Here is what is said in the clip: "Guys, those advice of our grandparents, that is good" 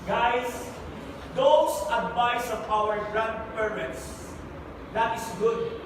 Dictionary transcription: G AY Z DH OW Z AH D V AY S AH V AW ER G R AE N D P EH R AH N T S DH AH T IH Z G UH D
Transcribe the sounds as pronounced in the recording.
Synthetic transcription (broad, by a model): G AY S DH OW S AH D V AY S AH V AW ER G R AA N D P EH R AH N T S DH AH T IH S G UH D